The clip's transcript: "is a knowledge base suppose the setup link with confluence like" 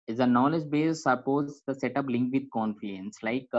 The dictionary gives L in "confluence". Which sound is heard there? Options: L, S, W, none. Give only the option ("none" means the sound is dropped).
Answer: none